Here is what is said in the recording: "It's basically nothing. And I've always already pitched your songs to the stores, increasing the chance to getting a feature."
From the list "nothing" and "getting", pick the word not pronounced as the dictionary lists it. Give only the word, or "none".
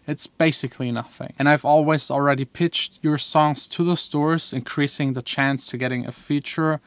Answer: none